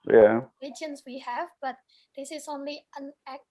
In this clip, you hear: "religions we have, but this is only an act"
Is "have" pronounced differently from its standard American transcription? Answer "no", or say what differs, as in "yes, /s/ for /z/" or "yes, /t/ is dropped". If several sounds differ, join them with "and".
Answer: no